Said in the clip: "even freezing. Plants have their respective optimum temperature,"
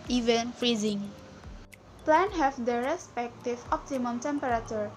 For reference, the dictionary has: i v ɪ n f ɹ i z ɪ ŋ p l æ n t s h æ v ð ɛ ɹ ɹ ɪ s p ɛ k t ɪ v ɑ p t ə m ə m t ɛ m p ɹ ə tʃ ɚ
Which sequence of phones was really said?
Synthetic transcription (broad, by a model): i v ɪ n f ɹ i z ɪ ŋ p l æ n h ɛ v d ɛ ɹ ɹ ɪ s p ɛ k t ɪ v ɑ p t ə m ə m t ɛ m p ɹ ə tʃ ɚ